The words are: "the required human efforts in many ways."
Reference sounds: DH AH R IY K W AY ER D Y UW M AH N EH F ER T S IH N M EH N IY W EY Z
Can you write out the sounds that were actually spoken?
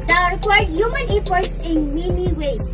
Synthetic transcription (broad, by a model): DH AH R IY K W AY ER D Y UW M AH N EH P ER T S IH N M EH N IY W EY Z